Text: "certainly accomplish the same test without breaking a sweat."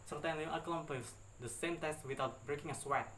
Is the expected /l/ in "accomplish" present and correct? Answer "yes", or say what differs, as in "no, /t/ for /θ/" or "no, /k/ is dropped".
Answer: no, /l/ is dropped